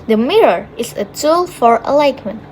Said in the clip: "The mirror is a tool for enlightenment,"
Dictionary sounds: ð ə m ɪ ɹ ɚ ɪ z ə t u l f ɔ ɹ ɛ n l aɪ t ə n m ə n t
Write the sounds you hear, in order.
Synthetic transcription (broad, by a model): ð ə m ɪ ɹ ɚ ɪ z ə t u l f ɔ ɹ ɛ l aɪ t m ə n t